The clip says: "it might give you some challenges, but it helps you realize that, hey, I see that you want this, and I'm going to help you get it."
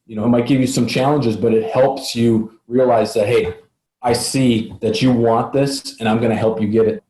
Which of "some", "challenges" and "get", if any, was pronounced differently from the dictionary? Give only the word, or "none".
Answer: none